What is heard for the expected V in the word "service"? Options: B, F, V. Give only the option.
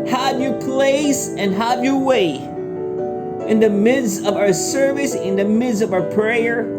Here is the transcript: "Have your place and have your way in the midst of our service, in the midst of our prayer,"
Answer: V